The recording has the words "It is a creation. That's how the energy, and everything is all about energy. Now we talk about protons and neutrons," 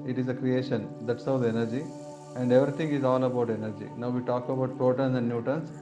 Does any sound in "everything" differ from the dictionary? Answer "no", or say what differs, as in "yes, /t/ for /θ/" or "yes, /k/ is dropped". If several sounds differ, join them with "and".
yes, /t/ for /θ/